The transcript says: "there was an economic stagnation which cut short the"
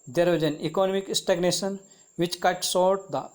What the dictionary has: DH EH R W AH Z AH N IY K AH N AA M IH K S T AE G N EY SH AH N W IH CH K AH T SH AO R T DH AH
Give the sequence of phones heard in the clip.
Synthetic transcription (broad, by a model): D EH R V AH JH AH N IY K AH N AA M IH K S T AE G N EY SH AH N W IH CH K AH T S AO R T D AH